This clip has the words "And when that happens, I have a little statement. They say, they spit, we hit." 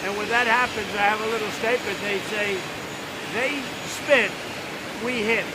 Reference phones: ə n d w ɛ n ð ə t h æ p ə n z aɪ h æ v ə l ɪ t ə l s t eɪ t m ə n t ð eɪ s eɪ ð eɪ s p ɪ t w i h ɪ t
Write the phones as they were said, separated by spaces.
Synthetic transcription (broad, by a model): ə n w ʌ n ð ə t h æ p ə n z aɪ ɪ v ə l ɪ t l s t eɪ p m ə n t ð eɪ s eɪ ð eɪ s p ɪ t w i h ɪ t